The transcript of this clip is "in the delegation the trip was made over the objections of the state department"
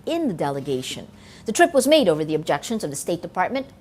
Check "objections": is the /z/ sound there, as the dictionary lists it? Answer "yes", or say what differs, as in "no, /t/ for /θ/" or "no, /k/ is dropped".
yes